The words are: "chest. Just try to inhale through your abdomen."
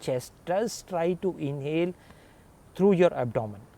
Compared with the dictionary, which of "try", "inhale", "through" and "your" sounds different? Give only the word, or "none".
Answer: through